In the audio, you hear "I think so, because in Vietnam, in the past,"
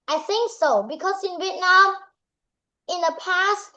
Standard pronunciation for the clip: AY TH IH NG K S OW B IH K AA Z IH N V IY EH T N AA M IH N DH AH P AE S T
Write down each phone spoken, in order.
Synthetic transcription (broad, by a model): AY TH IH NG K S OW B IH K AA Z IH N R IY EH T N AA IH N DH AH P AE S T